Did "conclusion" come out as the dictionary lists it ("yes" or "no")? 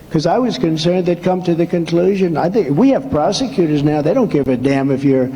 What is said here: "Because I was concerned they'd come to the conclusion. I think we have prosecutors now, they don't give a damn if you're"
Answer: yes